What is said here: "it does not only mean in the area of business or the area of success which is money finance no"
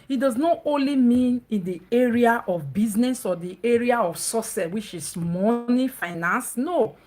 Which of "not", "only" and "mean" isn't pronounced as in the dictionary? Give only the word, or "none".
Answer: none